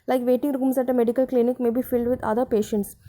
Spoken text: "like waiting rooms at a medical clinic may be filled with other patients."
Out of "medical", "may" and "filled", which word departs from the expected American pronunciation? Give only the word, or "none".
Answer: none